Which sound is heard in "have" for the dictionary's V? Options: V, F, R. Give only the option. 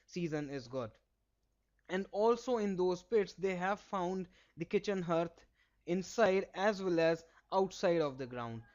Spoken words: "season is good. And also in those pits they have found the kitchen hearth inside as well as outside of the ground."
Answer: V